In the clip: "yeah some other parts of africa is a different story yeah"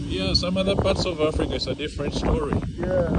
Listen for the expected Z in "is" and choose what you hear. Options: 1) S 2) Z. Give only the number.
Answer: 1